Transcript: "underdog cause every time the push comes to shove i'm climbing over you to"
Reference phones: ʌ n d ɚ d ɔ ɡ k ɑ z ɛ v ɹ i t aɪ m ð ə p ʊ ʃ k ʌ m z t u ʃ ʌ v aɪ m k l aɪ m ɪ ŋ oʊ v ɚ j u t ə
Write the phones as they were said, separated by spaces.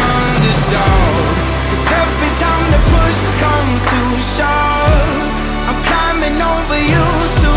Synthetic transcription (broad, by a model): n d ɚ d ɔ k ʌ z ɛ v ɹ i t aɪ m ð ə p ʊ ʃ k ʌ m t u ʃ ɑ aɪ m k l aɪ m ɪ ŋ oʊ v ɚ j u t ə